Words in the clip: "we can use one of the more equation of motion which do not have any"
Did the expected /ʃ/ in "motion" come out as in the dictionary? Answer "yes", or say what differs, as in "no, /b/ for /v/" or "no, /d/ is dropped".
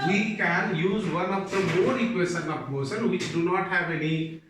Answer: no, /s/ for /ʃ/